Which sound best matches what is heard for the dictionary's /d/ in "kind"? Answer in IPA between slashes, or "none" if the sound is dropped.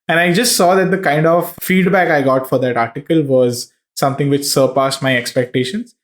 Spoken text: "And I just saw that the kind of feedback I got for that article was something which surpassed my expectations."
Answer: /d/